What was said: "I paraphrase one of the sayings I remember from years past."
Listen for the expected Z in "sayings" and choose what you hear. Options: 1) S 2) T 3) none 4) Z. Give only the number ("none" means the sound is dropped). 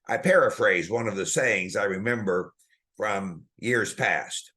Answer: 4